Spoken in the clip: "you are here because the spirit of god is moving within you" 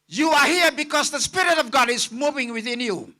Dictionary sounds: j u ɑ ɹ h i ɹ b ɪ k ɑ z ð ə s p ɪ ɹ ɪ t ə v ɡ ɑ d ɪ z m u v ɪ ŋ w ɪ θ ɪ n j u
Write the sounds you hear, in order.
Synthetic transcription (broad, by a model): j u ɑ ɹ h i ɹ b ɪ k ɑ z ð ə s p ɪ ɹ ɪ t ə v ɡ ɑ d ɪ z m u v ɪ ŋ w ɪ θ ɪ n j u